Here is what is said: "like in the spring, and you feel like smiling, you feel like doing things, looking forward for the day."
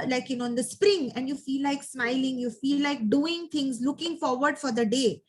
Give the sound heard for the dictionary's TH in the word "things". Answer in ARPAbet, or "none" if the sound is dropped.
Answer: T